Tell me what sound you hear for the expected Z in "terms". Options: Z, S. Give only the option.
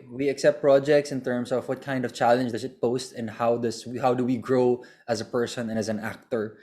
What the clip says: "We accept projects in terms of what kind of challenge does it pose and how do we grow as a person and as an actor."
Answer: S